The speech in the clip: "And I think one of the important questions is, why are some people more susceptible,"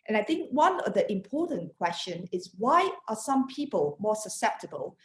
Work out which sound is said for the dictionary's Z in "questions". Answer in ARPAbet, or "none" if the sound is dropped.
none